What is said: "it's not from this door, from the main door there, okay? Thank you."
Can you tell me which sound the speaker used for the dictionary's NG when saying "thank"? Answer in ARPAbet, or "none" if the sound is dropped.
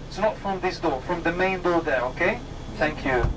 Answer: NG